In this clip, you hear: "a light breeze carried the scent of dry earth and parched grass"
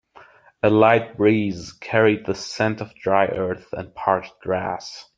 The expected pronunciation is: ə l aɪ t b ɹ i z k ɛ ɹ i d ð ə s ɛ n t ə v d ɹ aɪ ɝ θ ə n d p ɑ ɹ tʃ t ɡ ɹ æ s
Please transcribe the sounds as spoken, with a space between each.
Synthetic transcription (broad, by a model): ə l aɪ t b ɹ i z k ɛ ɹ i d ð ə s ɛ n t ə v d ɹ aɪ ɝ θ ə n p ɑ ɹ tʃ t ɡ ɹ æ s